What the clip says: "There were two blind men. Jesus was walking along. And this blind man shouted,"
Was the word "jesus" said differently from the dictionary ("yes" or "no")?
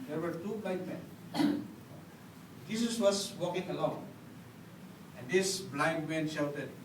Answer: yes